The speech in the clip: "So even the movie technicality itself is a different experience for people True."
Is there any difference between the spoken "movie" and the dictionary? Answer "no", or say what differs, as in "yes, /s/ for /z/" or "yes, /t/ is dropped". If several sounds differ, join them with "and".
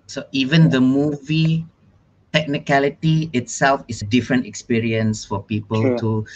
no